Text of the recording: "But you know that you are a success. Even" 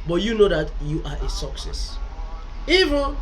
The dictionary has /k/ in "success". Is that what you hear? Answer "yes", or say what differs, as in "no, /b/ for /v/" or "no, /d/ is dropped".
yes